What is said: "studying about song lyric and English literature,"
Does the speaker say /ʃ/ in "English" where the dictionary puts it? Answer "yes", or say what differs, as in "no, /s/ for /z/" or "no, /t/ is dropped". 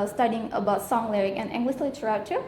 no, /s/ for /ʃ/